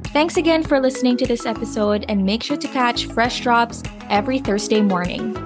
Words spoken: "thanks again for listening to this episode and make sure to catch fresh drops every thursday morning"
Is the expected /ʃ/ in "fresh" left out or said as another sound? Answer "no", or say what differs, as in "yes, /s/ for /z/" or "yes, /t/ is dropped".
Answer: no